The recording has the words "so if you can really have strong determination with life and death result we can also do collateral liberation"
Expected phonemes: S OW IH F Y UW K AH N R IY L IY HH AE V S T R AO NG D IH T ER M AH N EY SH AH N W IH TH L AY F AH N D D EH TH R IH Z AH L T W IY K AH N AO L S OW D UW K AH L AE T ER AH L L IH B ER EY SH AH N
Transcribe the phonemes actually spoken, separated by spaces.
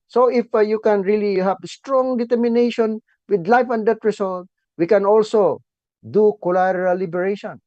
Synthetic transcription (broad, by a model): S OW IH F Y UW K AH N R IY L IY HH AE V S T R AO NG D IH T ER M AH N EY SH AH N W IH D L AY F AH N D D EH T R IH S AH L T W IY K AH N AO L S OW D UW K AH L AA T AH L L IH B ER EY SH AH N